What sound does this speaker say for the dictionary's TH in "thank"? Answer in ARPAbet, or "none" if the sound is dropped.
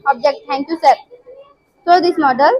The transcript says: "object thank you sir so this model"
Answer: T